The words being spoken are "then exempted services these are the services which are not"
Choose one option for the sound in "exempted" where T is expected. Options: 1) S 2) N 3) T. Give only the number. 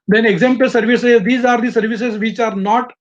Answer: 1